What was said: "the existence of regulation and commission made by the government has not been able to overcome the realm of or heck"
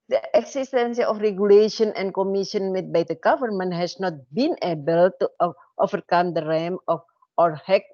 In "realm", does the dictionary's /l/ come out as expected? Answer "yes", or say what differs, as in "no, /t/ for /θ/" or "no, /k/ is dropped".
no, /l/ is dropped